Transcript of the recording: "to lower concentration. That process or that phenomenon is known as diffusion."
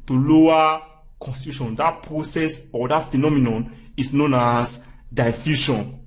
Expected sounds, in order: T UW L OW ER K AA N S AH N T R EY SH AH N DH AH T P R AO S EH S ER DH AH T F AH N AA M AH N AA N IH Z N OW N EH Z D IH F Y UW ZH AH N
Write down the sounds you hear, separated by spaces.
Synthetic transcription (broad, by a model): T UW L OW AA K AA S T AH T UW SH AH N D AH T P R AO S EH S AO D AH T F AH N AA M AH N AA N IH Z N OW N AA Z D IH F Y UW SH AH N